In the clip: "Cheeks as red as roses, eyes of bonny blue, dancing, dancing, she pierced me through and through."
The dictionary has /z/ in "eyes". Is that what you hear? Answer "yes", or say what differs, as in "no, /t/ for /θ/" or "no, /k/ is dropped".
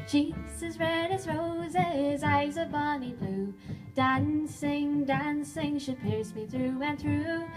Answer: yes